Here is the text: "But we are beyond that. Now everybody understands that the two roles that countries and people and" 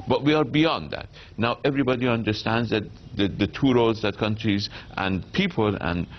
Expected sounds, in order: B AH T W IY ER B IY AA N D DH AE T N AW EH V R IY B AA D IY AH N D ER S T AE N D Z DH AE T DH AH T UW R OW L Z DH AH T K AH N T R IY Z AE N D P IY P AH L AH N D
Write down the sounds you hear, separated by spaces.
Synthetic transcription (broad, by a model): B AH T W IY ER B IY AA N D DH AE T N AW EH V R IY B AA D IY AH N D ER S T AE N D Z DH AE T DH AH T UW R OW Z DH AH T K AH N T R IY Z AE N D P IY P AH L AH N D